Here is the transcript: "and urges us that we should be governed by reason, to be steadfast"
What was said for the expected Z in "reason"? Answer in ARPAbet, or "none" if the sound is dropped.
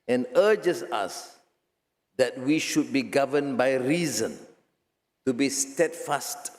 Z